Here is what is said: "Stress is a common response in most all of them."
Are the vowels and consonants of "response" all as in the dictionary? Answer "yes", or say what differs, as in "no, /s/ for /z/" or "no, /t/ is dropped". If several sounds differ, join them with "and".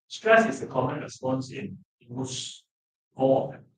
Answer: yes